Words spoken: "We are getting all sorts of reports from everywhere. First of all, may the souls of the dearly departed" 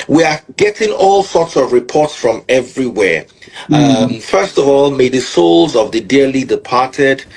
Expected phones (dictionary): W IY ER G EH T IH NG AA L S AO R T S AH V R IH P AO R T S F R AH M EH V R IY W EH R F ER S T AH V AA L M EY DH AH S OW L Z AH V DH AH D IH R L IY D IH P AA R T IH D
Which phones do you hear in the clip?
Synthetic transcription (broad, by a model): W IY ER G EH T IH NG AA L S AO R T S AH V R IH P AO R T S F R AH M EH V R IY W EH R F ER S T AH V AA L M EY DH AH S OW L Z AH V DH AH D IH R L IY D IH P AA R T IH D